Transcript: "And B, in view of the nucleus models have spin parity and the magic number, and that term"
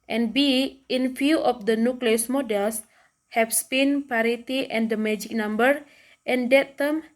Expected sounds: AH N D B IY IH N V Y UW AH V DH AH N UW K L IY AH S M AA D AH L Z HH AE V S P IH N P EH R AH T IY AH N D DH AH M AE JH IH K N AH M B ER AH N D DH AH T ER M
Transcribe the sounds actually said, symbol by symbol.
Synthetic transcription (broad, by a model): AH N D B IY IH N F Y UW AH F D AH N UW K L IY AH S M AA D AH L S HH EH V S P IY N P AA R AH T IY AH N D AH M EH JH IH K N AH M B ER AH N D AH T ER M